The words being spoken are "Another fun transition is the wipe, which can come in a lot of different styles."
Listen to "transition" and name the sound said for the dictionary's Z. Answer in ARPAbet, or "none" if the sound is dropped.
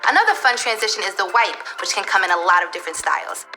Z